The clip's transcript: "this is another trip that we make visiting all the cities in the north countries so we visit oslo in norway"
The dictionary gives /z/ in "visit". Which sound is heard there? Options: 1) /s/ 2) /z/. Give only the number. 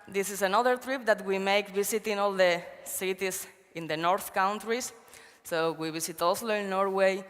1